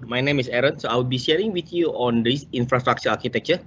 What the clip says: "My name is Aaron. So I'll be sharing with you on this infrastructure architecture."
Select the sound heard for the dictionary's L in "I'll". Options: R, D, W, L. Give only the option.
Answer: W